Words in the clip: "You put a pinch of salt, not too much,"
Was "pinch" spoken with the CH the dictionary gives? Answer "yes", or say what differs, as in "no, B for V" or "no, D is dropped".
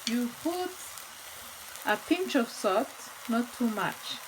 yes